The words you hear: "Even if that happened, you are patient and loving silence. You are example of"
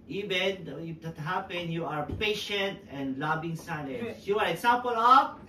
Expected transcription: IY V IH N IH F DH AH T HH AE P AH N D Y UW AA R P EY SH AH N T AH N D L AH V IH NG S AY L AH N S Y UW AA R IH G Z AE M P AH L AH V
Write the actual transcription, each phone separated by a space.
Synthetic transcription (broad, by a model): IY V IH N IH F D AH T HH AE P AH N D Y UW AA R P EY SH AH N T AH N D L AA B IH NG S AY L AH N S Y UW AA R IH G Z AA M P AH L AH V